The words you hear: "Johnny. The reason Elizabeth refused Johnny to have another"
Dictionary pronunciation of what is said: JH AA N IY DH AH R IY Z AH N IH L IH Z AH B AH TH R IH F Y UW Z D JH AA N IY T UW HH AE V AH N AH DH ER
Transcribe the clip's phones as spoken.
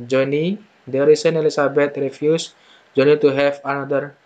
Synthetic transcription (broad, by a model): JH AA N IY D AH R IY S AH N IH L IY S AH B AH T R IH F Y UW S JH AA N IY T UW HH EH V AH N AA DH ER